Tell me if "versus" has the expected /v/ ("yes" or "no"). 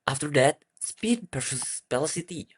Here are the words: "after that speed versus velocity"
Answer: no